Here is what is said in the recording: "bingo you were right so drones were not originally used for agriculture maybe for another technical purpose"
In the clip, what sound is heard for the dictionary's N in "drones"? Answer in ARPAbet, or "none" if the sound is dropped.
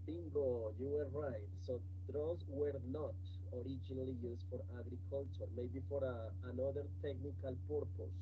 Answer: none